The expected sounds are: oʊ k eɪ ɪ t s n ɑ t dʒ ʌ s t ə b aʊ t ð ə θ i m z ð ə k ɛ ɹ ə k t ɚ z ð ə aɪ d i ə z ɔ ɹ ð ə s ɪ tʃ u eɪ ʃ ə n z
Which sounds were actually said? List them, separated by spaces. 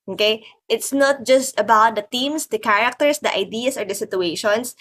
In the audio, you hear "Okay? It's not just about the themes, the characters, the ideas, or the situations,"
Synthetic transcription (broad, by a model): oʊ k eɪ ɪ t s n ɑ t dʒ ʌ s t ə b aʊ t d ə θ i m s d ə k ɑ ɹ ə k t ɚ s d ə aɪ d i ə s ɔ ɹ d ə s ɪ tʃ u eɪ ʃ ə n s